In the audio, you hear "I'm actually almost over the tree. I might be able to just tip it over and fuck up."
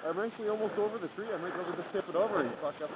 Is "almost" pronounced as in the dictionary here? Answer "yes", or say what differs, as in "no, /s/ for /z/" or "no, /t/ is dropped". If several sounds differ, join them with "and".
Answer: yes